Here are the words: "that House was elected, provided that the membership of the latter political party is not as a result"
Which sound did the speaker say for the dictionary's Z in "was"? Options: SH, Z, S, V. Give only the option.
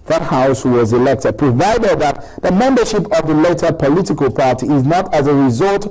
Z